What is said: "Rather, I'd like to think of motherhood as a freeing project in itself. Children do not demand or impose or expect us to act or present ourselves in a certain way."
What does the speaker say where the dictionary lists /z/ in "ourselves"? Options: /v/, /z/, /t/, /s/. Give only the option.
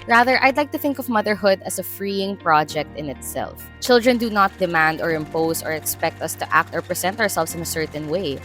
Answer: /s/